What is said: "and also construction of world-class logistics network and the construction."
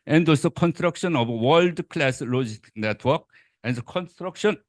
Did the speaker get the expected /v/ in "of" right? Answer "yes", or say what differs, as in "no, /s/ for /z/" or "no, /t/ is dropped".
no, /b/ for /v/